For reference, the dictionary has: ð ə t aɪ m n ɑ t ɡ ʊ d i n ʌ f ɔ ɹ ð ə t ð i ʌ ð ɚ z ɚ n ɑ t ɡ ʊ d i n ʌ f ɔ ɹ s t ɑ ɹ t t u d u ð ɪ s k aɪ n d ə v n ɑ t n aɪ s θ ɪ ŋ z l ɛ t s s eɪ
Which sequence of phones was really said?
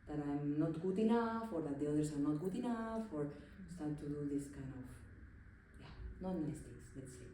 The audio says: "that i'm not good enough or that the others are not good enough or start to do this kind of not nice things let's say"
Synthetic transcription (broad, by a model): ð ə t aɪ m n ɑ t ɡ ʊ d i n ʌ f ɔ ɹ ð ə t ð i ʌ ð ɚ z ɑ n ɑ t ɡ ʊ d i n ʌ f ɔ ɹ s t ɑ ɹ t t u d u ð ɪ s k aɪ n d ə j n ɑ t n aɪ s t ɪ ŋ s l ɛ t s s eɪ